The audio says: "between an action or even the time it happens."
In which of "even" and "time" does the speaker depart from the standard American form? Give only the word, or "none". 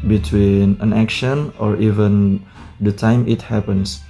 none